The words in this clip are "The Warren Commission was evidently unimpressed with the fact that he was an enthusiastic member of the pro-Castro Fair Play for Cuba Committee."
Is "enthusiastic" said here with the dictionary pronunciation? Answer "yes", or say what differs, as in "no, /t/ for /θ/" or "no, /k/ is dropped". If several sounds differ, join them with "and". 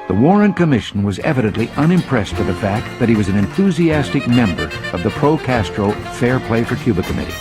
yes